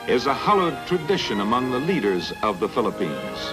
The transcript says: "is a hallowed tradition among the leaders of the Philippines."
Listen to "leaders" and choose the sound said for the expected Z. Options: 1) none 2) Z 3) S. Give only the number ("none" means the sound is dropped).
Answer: 2